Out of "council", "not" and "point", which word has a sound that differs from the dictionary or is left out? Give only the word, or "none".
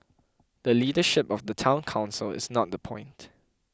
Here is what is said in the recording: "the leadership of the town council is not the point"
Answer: none